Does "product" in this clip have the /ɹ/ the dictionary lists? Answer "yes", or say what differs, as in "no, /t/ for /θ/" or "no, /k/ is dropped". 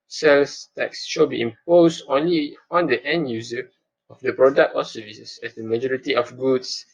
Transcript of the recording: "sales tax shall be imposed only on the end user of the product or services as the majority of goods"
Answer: yes